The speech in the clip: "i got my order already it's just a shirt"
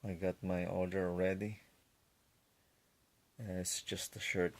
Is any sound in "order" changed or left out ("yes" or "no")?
yes